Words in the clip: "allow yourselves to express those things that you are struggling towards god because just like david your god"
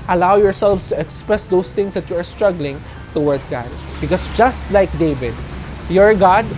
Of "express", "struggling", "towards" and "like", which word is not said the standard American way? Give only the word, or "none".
towards